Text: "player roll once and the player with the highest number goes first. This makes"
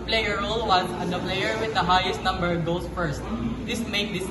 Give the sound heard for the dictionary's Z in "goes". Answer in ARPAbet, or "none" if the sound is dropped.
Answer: S